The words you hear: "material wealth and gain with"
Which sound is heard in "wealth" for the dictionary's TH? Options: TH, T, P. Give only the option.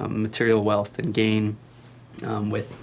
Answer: TH